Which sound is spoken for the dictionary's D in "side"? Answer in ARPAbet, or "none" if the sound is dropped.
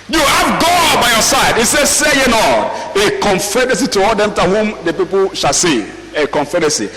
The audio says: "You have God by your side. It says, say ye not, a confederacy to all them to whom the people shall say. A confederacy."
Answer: D